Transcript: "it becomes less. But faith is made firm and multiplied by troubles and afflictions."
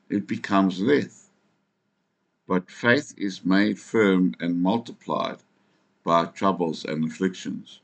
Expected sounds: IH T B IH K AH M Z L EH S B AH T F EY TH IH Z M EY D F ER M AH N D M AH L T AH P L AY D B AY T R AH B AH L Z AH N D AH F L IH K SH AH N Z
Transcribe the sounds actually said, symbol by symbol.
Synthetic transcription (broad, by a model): IH T B IH K AH M Z L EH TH B AH T F EY TH IH Z M EY D F ER M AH N M AH L T AH P L AY D B AY T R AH B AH L Z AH N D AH F L IH K SH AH N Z